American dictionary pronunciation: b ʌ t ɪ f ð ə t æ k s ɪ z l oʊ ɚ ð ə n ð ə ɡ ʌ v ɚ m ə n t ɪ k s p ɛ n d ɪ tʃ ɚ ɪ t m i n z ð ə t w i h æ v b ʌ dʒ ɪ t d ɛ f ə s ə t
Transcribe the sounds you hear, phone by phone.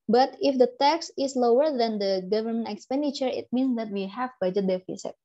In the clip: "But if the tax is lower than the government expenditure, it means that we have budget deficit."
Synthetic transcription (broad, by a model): b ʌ t ɪ f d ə t æ k s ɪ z l oʊ ɚ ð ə n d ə ɡ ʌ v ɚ m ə n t ɪ k s p ɛ n d ɪ tʃ ɚ ɪ t m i n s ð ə t w i h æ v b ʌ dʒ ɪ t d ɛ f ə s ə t